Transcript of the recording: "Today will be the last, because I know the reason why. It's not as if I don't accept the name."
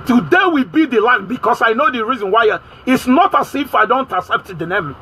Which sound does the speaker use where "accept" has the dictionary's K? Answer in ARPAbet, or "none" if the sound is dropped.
none